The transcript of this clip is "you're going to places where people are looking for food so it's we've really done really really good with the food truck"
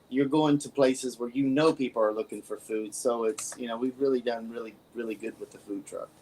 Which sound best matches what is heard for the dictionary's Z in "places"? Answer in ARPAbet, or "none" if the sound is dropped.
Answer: Z